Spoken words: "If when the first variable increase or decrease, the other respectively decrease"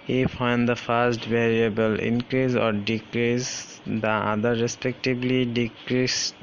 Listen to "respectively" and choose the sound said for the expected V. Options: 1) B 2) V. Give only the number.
1